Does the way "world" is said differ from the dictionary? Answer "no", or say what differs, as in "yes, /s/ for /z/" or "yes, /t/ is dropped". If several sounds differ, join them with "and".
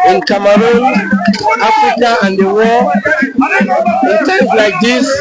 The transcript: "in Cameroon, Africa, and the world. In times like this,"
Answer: yes, /d/ is dropped